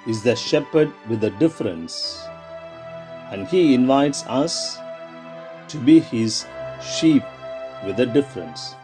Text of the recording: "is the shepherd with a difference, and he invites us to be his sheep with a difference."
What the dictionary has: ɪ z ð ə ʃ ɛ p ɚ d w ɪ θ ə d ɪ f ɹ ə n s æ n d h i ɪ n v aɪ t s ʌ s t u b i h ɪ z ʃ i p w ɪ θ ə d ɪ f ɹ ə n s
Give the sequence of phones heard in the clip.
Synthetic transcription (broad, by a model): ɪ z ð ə ʃ ɛ p ɚ d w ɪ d ə d ɪ f ɹ ə n s æ n d h i ɪ n v aɪ t s ʌ s t u b i h ɪ z ʃ i p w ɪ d ə d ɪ f ɹ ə n s